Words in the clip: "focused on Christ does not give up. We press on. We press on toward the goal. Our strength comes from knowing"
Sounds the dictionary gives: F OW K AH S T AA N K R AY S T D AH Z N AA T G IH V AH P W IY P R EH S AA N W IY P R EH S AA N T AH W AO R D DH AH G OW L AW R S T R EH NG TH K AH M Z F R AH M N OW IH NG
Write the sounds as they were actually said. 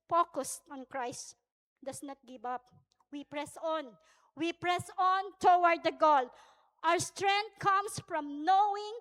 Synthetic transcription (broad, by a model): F OW K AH S T AA N K R AY S T D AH S N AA T G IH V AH P W IY P R EH S AA N W IY P R EH S AA N T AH W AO R D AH G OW L AW R S T R EH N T K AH M S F R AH M N OW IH NG